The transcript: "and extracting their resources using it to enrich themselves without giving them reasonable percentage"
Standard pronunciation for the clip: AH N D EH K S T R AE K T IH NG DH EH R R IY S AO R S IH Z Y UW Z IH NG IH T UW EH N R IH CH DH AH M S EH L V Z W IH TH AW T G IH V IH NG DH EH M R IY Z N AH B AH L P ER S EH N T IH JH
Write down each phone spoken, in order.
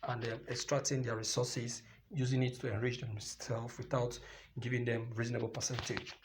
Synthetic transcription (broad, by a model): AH N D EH K S T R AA K T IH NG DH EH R R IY S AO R S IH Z Y UW Z IH NG IH T UW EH N R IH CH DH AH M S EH L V W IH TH AW T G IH V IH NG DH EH M R IY Z N AH B AH L P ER S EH N T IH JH